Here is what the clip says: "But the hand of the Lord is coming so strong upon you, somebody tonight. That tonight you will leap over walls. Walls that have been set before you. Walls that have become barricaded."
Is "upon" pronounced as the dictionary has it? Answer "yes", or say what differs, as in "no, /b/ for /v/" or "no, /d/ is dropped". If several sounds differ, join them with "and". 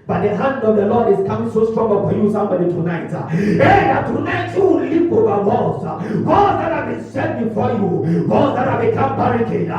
no, /f/ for /p/